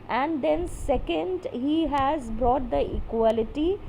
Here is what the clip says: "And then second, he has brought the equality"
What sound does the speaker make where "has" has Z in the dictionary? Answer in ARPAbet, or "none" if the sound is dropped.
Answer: Z